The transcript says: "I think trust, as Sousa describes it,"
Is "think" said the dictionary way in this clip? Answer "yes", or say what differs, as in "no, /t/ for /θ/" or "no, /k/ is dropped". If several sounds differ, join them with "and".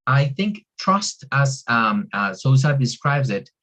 yes